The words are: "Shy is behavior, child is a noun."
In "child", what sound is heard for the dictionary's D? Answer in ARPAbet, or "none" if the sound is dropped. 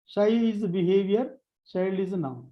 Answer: none